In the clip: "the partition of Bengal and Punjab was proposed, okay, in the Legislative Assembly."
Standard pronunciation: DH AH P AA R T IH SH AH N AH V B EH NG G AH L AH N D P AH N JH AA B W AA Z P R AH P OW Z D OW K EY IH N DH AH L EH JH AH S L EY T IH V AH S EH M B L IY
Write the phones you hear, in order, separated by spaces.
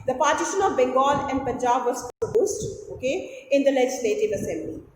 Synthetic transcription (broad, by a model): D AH P AA R T IH SH AH N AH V B EH NG G AH L AH N D P AH N JH AA B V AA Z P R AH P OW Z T OW K EY IH N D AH L EH JH AH S L EY T IH V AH S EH M B L IY